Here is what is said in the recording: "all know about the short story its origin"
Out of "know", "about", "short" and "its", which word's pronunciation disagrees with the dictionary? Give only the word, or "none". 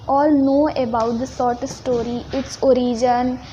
short